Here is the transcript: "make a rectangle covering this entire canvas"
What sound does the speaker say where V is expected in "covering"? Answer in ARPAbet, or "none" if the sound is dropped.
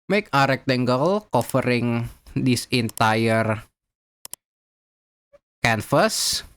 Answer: F